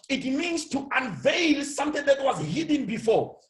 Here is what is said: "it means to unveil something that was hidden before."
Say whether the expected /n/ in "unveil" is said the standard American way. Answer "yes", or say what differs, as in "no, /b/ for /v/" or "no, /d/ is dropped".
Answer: yes